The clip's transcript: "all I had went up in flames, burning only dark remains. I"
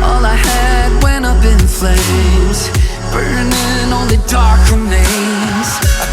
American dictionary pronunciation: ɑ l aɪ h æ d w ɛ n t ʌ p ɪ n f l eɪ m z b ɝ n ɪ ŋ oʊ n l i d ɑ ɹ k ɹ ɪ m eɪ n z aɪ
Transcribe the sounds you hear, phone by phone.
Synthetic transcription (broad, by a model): ɑ l aɪ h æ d w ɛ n ʌ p ɪ n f l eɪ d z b ɝ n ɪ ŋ oʊ n l i d ɑ ɹ k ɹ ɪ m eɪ z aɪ